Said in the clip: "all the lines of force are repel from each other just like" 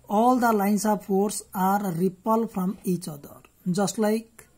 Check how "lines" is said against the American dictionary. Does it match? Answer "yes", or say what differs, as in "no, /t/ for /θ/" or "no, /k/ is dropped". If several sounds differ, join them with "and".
no, /s/ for /z/